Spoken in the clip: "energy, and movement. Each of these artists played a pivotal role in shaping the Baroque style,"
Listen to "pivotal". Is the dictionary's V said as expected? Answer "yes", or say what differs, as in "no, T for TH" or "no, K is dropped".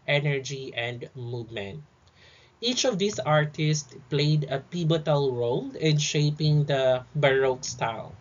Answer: no, B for V